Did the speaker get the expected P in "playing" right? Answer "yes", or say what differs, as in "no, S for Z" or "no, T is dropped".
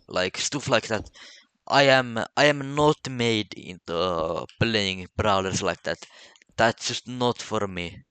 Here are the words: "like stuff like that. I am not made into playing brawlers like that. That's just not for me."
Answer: no, B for P